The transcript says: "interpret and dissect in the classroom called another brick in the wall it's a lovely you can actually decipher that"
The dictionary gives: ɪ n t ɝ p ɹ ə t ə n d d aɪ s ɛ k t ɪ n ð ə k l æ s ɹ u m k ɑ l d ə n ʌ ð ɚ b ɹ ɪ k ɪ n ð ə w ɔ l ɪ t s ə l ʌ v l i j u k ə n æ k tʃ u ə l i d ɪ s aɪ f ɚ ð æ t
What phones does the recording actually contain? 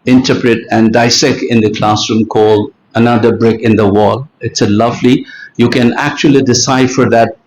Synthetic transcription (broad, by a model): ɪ n t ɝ p ɹ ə t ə n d d aɪ s ɛ k t ɪ n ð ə k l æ s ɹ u m k ɑ l d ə n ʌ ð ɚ b ɹ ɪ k ɪ n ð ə w ɔ l ɪ t s ə l ʌ v l i j u k ə n æ k tʃ u ə l i d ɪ s aɪ f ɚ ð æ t